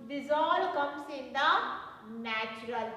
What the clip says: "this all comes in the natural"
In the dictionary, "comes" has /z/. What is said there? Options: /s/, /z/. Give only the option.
/s/